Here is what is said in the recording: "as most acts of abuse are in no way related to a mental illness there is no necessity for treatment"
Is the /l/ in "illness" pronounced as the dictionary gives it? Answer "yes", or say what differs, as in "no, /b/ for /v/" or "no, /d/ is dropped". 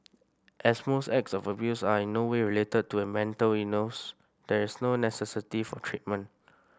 no, /l/ is dropped